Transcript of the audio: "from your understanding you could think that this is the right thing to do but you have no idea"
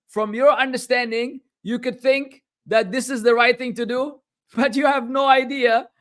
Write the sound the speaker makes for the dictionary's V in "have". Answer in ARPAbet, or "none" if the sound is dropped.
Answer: V